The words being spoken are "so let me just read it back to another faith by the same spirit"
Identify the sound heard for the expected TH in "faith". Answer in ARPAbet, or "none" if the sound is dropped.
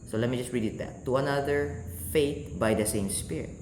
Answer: T